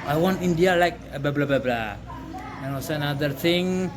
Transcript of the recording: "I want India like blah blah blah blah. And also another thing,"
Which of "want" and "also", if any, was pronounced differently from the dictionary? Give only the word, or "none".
also